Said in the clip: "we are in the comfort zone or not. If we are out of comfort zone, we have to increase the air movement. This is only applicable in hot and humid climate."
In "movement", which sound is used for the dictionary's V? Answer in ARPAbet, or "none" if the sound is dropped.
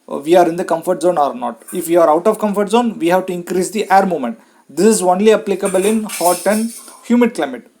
none